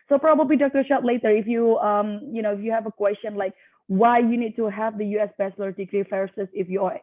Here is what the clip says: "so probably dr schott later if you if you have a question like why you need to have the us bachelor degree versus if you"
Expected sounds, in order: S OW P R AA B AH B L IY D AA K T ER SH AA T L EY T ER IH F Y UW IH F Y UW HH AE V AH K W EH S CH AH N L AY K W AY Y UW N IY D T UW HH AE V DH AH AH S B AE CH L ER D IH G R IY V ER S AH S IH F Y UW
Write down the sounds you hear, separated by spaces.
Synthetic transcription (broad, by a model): S OW P R AA B AH B L IY D AA K T ER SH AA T L EY T ER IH F Y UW IH F Y UW HH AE V AH K W EH S CH AH N L AY K W AY Y UW N IY D T UW HH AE V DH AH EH S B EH S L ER D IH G R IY F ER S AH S IH F Y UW